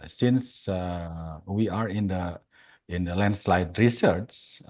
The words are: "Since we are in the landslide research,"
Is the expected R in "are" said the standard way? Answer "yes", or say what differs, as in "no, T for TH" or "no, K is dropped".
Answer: yes